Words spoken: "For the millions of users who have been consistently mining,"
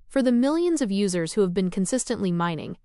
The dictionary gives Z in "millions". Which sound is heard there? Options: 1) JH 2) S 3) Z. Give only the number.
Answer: 3